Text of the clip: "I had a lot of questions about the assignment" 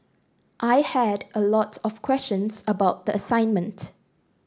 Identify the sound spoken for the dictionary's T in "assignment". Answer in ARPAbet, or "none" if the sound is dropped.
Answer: T